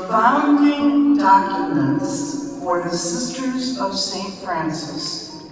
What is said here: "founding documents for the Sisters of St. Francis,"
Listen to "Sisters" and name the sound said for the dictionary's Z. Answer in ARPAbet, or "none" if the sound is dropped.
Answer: Z